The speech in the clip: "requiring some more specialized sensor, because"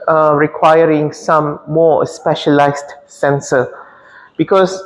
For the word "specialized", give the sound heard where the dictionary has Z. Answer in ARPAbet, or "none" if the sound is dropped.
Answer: S